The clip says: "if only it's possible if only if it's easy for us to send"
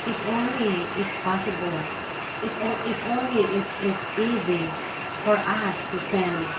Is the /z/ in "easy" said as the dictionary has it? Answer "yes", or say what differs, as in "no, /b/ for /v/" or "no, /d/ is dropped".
yes